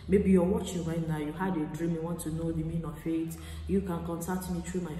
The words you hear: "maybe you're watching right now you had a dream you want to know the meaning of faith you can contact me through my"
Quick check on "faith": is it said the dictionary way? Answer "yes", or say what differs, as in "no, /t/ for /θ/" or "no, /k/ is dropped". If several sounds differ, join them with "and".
no, /t/ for /θ/